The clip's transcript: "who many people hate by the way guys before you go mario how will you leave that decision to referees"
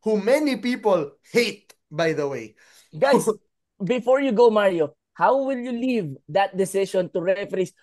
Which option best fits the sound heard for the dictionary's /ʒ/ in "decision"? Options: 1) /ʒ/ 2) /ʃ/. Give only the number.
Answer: 2